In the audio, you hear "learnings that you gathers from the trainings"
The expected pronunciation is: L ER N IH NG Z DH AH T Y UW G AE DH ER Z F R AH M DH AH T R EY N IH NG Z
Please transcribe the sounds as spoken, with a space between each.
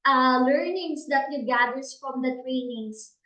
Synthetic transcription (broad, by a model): L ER N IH NG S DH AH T Y UW G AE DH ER S F R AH M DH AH T R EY N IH NG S